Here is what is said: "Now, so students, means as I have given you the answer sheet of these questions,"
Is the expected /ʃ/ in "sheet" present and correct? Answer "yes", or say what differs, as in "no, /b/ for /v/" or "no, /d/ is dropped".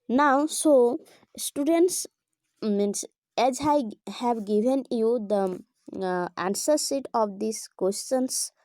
no, /s/ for /ʃ/